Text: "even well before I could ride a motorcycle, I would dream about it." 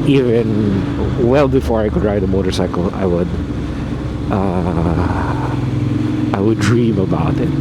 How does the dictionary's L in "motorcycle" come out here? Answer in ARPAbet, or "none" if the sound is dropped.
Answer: W